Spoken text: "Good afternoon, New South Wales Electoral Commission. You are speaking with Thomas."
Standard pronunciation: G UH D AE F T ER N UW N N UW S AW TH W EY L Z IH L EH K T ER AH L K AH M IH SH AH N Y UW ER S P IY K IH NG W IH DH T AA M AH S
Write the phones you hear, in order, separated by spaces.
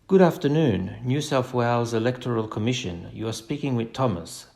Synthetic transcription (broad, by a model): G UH D AE F T ER N UW N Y UW S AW F W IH L Z IH L EH K T ER AH L K AH M IH SH AH N Y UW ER S P IY K IH NG W IH DH T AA M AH S